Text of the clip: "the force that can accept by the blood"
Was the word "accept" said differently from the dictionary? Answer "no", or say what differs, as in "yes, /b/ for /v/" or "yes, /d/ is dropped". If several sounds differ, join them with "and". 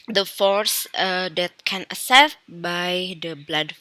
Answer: yes, /k/ is dropped